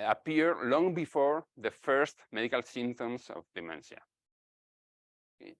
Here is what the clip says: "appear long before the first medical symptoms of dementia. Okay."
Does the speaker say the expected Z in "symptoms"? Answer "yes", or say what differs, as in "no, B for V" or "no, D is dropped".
no, S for Z